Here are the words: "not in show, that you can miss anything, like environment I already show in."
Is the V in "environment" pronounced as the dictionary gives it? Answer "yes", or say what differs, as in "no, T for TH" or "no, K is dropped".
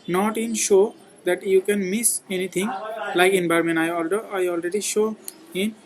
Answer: no, B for V